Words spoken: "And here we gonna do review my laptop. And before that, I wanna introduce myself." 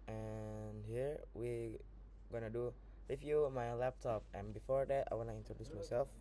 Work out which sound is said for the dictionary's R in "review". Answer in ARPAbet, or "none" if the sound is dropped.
L